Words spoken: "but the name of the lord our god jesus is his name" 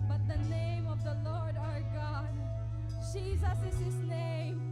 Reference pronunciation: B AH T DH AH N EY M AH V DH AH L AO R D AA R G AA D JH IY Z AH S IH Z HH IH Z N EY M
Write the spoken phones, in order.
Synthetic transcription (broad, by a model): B AH T DH AH N EY M AH V DH AH L AO R D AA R G AA D JH IY Z AH S IH Z HH IH Z N EY M